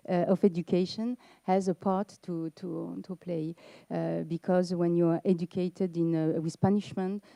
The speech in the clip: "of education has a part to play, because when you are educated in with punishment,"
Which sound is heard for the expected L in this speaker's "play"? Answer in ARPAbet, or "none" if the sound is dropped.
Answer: L